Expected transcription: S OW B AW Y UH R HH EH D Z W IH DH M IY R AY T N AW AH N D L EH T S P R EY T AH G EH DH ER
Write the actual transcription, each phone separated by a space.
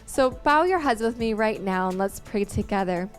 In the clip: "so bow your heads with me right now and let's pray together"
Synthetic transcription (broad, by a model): S OW B AW Y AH R HH EH D Z W IH DH M IY R AY T N AW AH N L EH T S P R EY T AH G EH DH ER